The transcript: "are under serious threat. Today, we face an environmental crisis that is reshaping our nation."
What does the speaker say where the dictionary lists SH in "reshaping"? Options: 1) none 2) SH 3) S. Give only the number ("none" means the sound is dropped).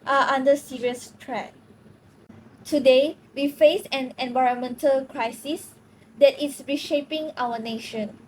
2